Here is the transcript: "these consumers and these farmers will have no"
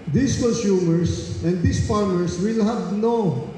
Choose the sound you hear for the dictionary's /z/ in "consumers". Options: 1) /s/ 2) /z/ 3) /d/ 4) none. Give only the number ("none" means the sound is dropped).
1